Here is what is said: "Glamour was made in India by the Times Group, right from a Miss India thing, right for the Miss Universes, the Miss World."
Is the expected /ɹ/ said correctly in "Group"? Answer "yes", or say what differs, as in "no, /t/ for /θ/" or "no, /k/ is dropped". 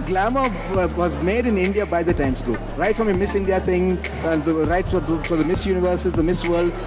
no, /ɹ/ is dropped